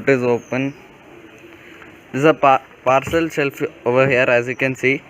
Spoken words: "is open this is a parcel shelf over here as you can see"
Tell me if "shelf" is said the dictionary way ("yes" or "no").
no